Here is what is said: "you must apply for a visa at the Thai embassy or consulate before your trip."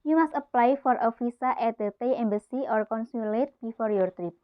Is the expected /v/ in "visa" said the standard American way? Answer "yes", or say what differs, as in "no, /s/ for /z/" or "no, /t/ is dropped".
no, /f/ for /v/